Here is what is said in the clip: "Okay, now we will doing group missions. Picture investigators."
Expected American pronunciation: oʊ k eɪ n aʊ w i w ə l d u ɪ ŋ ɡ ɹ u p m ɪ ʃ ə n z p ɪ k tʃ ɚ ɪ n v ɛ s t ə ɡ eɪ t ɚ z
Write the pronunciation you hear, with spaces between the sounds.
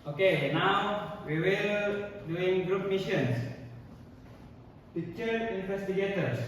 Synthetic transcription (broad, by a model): oʊ k eɪ n aʊ w i w ə l d u ɪ ŋ ɡ ɹ u p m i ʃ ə n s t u tʃ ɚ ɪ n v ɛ s t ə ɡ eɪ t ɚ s